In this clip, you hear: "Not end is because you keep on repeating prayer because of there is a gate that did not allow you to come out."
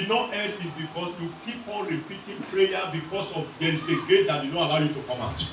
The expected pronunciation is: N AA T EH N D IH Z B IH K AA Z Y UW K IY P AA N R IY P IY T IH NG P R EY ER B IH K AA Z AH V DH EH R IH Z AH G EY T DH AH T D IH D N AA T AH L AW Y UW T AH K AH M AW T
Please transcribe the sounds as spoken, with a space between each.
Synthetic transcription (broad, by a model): N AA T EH D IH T B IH K AA S Y UW K IY P AA N R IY P IY T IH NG P R EY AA B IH K AA S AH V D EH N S AH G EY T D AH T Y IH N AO AH L AW Y UW T AH K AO M AW T